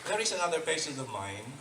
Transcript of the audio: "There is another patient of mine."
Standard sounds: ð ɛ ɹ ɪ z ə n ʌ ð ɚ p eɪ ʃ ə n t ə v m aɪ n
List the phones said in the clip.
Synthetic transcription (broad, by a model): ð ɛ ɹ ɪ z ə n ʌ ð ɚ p eɪ s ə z ə v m aɪ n